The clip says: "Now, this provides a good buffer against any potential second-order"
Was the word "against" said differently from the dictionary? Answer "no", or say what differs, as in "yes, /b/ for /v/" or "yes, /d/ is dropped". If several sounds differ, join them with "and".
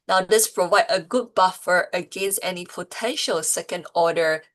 no